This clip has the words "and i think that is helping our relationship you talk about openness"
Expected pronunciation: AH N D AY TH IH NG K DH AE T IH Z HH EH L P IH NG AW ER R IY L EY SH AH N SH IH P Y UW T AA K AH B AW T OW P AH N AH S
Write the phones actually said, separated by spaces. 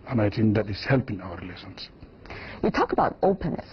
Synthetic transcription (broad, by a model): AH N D AY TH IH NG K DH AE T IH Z HH EH L P IH NG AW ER R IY L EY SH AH N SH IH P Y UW T AA K AH B AW T OW P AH N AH S